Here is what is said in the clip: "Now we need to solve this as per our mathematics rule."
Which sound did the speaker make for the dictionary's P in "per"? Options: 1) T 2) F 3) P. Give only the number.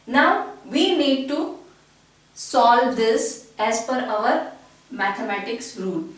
2